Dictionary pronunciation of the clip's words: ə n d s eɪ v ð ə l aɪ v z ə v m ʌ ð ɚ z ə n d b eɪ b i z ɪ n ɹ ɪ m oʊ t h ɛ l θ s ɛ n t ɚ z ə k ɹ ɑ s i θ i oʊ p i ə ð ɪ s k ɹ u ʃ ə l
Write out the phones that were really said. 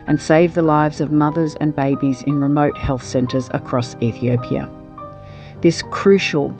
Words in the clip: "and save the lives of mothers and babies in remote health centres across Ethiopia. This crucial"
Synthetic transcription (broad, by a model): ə n s eɪ v ð ə l aɪ v z ə v m ʌ ð ɚ z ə n b eɪ b i z ɪ n ɹ ɪ m oʊ t h ɛ l θ s ɛ n t ɚ z ə k ɹ ɑ s i θ i oʊ p i ə ð ɪ s k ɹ u ʃ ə l